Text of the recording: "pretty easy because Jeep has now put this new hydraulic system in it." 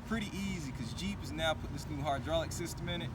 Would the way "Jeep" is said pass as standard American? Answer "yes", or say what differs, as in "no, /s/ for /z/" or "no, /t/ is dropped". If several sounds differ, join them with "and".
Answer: yes